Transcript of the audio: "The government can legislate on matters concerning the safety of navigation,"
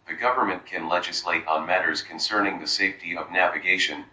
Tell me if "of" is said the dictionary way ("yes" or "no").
yes